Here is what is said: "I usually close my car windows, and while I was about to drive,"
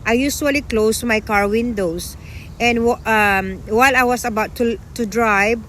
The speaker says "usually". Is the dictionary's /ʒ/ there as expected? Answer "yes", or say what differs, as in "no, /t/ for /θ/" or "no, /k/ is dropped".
no, /s/ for /ʒ/